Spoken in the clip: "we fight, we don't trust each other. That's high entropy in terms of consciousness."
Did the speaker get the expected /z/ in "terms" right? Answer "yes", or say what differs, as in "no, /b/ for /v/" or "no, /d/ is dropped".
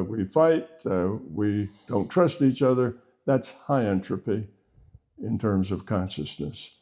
yes